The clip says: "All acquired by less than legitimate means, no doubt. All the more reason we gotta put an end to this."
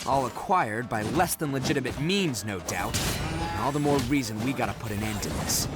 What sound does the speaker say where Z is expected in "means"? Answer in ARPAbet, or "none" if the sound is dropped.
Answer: Z